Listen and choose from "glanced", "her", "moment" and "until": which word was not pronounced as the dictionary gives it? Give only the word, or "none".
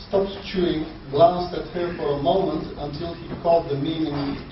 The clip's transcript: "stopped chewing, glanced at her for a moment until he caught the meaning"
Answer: none